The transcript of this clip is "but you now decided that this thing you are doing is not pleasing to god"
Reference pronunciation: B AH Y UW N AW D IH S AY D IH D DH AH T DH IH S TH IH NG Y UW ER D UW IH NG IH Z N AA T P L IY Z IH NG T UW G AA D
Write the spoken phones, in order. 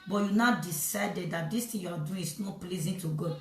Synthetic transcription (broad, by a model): B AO Y UW N AW D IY S AY D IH D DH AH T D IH S T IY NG Y UW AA D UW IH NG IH S N AA T P L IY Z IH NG T UW G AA